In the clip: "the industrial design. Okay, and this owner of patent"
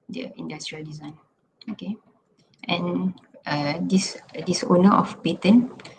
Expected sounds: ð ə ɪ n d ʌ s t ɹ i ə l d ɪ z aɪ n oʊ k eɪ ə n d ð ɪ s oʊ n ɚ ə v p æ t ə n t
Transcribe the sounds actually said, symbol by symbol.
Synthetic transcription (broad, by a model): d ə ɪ n d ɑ s t ɹ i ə l d ɪ z aɪ n oʊ k eɪ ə n d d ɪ s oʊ n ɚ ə f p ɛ t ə n